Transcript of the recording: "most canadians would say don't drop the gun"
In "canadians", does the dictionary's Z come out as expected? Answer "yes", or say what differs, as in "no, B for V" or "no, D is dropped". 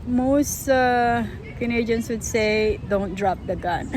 no, S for Z